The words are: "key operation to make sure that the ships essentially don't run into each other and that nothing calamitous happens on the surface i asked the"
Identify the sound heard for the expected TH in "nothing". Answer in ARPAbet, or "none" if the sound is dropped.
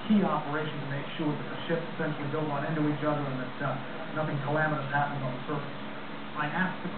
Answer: TH